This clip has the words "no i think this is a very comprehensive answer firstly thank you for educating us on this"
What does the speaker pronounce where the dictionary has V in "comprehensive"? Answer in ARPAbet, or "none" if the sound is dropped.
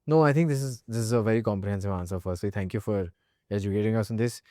V